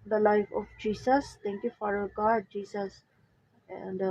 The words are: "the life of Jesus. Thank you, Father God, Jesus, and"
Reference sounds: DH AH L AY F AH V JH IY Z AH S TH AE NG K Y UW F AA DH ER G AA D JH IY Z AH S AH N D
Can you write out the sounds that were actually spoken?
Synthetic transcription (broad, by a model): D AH L AY F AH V JH IY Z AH S T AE NG K Y UW F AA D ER G AA D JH IY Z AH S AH N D